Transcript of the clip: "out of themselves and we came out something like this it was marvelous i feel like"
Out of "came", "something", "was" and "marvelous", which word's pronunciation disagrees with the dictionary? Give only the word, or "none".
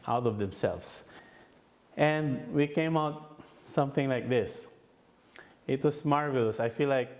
was